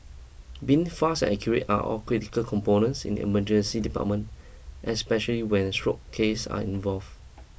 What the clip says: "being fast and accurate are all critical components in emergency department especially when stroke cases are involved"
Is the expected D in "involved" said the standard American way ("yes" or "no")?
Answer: no